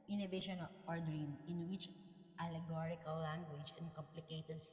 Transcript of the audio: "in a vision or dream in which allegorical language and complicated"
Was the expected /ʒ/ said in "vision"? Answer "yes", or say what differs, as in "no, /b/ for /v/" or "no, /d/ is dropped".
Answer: no, /ʃ/ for /ʒ/